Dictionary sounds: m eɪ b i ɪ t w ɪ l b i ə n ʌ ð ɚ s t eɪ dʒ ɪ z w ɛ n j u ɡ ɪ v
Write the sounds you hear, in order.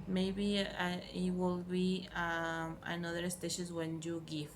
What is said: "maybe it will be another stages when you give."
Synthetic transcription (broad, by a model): m eɪ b i ɪ t w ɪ l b i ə n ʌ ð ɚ s t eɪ ʃ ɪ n w ɛ n j u ɡ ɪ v